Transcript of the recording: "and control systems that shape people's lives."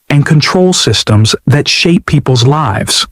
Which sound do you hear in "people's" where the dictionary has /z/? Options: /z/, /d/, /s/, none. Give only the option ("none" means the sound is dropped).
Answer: /z/